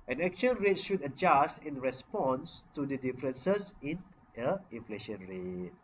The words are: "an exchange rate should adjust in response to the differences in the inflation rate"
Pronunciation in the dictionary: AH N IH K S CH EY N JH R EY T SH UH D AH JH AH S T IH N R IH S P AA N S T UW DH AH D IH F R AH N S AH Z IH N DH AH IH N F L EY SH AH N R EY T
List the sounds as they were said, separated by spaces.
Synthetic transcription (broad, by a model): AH N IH K CH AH N R EY T SH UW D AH JH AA S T IH N R IH S P AA N S T UW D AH D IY F R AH N S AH S IH N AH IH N F L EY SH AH N R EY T